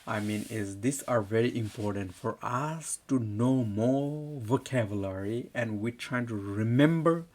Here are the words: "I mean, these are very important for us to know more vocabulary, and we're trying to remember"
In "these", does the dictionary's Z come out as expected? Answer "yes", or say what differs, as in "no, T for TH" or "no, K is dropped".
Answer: no, S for Z